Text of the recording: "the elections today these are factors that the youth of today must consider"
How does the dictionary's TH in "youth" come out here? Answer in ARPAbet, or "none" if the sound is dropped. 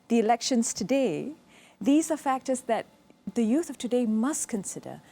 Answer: TH